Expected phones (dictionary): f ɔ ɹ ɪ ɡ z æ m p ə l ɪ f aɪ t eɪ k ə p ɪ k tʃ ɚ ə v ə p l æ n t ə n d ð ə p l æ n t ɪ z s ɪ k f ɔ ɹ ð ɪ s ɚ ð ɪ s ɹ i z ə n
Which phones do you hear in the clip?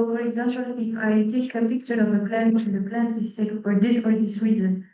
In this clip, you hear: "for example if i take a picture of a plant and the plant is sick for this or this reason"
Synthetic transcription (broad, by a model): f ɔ ɹ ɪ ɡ z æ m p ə l ɪ f aɪ t eɪ k ə p ɪ k tʃ ɚ ə v ə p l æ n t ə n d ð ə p l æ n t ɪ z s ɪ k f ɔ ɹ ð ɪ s ɚ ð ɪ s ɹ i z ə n